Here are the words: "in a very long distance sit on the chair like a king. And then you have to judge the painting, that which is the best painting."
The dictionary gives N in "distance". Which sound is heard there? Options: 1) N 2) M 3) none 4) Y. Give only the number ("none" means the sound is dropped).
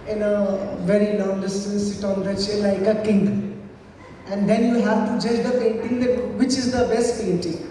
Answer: 3